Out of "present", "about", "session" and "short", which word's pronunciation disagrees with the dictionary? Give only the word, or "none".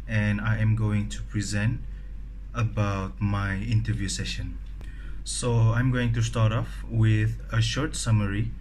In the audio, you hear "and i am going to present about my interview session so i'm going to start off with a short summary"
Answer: none